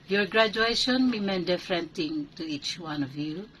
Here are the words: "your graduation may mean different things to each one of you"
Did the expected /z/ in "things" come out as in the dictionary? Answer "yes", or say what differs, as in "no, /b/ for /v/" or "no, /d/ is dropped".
no, /z/ is dropped